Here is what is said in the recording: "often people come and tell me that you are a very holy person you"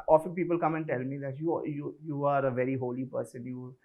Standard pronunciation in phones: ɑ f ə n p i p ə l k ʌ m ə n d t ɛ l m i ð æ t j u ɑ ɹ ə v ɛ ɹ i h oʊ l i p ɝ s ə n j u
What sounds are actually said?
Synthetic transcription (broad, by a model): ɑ f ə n p i p ə l k ʌ m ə n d t ɛ l m i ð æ t j u ɑ ɹ ə v ɛ ɹ i h oʊ l i p ɝ s ə n j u